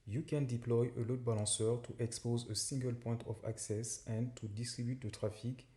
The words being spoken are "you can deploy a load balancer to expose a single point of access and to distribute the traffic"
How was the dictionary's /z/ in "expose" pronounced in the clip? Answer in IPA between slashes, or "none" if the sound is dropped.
/z/